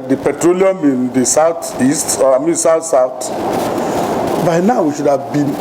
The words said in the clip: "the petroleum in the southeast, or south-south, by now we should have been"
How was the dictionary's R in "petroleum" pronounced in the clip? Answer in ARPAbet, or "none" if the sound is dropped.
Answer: R